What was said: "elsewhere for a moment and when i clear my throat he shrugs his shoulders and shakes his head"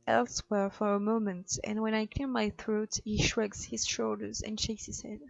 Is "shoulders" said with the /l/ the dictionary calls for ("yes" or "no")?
yes